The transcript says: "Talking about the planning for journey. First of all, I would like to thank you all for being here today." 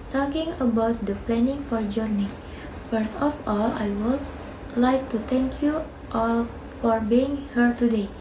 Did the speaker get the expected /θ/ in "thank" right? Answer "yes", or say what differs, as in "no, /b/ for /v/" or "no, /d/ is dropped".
no, /t/ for /θ/